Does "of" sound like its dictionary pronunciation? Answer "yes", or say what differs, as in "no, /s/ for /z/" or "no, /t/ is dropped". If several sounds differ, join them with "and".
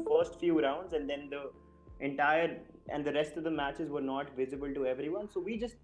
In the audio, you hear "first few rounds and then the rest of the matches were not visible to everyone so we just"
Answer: yes